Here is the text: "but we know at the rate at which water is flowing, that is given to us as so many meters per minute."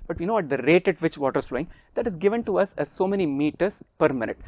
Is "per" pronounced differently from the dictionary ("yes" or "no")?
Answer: no